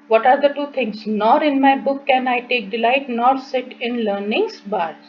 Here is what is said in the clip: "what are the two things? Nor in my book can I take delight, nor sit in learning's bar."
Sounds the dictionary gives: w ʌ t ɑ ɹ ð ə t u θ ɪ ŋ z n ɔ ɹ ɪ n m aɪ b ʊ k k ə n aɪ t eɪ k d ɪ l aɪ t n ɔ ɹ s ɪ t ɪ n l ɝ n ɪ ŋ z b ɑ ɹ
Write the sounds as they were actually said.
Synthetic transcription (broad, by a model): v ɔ t ɑ ɹ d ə t u t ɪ ŋ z n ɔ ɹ ɪ n m aɪ b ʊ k k ə n aɪ t eɪ k d ɪ l aɪ t n ɔ ɹ s ɪ t ɪ n l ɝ n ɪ ŋ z b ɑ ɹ